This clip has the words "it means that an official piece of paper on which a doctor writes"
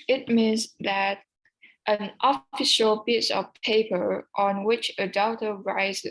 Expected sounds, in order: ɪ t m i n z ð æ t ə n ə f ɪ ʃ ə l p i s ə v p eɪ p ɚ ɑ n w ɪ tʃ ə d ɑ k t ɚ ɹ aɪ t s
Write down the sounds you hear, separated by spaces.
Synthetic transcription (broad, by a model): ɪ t m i n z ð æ t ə n ə f ɪ ʃ ə l b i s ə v p eɪ p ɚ ɑ n w ɪ tʃ ə d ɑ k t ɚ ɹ aɪ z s